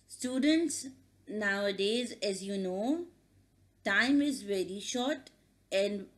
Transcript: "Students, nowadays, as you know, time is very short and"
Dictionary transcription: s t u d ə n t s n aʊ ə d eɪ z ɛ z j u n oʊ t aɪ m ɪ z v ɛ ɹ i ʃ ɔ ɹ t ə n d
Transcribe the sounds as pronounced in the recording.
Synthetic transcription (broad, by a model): s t u d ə n t s n aʊ ə d eɪ z ɛ z j u n oʊ t aɪ m ɪ z v ɛ ɹ i ʃ ɔ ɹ t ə n d